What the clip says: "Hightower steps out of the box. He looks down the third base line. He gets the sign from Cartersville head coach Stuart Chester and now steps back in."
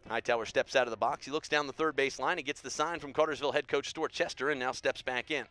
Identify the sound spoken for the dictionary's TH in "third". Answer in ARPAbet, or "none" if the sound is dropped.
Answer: TH